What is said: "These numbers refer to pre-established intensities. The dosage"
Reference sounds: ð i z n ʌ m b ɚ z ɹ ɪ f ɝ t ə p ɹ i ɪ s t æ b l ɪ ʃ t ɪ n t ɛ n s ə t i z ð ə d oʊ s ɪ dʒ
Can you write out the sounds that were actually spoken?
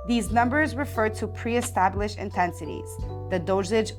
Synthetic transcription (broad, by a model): ð i z n ʌ m b ɚ z ɹ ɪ f ɝ t ə p ɹ i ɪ s t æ b l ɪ ʃ ɪ n t ɛ n s ə t i z ð ə d oʊ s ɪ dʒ